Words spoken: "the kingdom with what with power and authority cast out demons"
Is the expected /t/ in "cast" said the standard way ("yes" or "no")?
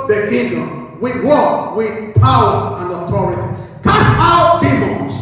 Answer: no